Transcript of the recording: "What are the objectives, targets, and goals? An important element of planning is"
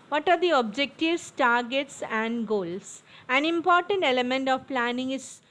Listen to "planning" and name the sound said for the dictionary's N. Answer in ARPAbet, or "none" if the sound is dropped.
N